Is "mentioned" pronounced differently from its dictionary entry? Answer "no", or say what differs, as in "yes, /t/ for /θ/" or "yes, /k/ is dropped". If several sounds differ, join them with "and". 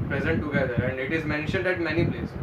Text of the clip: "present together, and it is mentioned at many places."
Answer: no